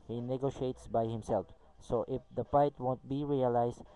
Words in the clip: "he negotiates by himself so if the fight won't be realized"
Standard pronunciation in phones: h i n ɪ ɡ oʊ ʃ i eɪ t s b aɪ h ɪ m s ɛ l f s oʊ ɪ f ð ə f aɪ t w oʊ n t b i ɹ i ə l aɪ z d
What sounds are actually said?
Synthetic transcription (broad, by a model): h i n ɪ ɡ oʊ ʃ i eɪ t s b aɪ h ɪ m s ɛ l f s oʊ ɪ f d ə f aɪ t w oʊ n t b i ɹ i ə l aɪ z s